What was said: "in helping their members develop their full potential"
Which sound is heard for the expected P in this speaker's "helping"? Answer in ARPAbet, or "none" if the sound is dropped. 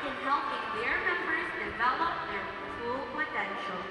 none